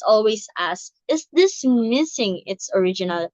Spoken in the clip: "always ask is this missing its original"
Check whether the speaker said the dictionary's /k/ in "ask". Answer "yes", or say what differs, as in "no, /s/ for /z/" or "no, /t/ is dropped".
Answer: no, /k/ is dropped